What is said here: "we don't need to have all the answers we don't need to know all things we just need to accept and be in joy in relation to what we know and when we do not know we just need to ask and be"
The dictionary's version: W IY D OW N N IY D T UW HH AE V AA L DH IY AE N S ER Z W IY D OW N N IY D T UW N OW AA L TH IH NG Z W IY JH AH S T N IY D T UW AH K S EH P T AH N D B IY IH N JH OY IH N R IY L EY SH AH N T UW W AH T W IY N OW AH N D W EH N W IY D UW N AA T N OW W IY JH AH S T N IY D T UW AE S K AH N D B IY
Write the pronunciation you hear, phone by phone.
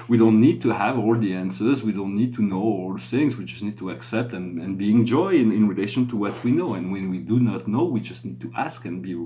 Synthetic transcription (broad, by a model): W IY D OW N N IY D T UW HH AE V AA L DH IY AE N S ER Z W IY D OW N N IY D T UW N OW AA L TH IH NG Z W IY JH AH S T N IY D T UW AH K S EH P T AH N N B IY IH N JH OY IH N R IY L EY SH AH N T UW W AH T W IY N OW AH N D W EH N W IY D UW N AA T N OW W IY JH AH S T N IY D T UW AE S K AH N B IY